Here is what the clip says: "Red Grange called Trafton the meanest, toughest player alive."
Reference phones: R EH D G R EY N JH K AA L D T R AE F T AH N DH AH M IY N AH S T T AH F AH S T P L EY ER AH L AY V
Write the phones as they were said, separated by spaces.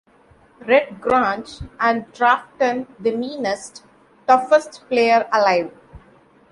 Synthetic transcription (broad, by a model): R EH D G R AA N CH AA N D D R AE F T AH N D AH M IY N AH S T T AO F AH S T P L EY ER AH L AY V